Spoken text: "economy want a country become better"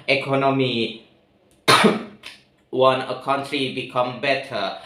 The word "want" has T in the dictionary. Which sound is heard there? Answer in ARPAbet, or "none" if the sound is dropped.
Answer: none